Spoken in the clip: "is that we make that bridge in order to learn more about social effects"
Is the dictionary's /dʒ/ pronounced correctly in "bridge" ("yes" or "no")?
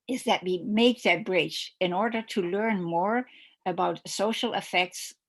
no